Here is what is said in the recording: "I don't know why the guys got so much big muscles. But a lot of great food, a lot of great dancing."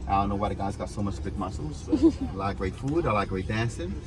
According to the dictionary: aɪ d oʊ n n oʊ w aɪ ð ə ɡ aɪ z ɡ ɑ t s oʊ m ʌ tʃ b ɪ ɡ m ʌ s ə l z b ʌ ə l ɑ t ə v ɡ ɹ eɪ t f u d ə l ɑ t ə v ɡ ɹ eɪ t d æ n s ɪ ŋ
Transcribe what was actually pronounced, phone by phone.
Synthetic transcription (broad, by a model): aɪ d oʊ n n oʊ w aɪ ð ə ɡ aɪ z ɡ ɑ t s oʊ m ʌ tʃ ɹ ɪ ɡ m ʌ s l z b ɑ ə l ɑ ə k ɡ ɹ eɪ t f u d ə l ɑ ə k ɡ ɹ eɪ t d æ n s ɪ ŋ